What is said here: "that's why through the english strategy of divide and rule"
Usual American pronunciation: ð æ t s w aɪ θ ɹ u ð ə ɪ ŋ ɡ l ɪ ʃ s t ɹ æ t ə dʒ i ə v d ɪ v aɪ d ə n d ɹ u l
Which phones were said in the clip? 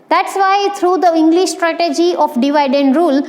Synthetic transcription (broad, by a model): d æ t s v aɪ t ɹ u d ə ɪ ŋ ɡ l ɪ ʃ s t ɹ æ t ə dʒ i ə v d ɪ v aɪ d ə n d ɹ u l